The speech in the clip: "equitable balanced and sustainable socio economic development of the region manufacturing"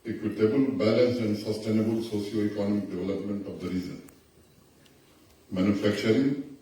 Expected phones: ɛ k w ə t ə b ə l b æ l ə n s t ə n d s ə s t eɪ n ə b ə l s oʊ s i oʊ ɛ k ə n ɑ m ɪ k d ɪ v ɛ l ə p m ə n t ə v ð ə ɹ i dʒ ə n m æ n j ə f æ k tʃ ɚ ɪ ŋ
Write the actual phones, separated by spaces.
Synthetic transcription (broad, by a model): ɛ k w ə t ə b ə l b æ l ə n s ə n d s ə s t eɪ n ə b ə l s oʊ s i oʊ ɛ k ə n ɑ m ɪ k d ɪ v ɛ l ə p m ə n t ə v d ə ɹ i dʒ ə n m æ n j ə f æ k tʃ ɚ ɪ ŋ